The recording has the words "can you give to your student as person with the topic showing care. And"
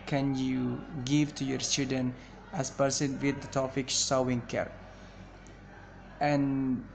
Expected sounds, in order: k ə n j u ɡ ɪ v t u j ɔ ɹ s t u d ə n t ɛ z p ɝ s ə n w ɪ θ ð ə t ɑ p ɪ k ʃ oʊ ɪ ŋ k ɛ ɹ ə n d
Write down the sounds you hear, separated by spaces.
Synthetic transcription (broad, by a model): k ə n j u ɡ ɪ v t u j ɔ ɹ s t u d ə n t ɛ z p ɝ s ə n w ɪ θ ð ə t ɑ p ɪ k s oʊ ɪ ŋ k ɛ ɹ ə n